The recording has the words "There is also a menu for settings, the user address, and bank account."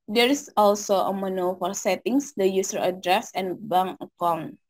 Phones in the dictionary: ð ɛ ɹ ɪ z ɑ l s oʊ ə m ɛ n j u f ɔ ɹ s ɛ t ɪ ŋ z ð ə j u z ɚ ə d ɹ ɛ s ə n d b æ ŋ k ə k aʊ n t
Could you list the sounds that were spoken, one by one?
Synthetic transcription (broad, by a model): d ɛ ɹ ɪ s ɑ l s oʊ ə m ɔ n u f ɔ ɹ s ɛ t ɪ ŋ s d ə j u s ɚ ə d ɹ ɛ s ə n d b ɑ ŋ ə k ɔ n